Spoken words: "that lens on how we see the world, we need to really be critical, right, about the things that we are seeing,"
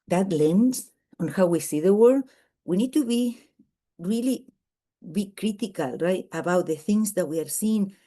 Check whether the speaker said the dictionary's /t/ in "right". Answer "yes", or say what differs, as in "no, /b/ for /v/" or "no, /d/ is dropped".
yes